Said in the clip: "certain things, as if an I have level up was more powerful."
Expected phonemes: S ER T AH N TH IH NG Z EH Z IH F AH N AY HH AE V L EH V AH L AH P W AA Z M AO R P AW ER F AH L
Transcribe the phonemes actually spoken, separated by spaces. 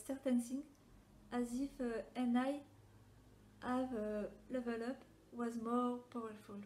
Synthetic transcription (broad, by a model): S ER T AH N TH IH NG AA Z IH F AH N AY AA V L EH V AH L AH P W AA Z M AO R P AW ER F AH L